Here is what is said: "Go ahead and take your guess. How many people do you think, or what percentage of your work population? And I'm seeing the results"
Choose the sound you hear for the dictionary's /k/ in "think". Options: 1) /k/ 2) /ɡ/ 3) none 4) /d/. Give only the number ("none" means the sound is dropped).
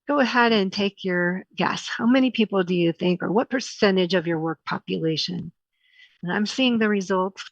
1